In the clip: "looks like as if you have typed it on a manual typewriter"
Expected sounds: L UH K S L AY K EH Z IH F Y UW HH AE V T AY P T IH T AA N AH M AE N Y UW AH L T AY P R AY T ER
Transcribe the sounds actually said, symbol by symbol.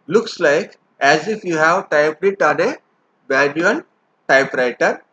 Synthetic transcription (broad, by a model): L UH K S L AY K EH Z IH F Y UW HH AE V T AY P T IH T AA N AH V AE L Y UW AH N T AY P R AY T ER